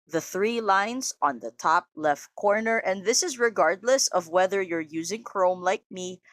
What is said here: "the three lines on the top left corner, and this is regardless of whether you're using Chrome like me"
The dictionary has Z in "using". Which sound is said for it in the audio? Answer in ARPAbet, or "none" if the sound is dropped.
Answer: Z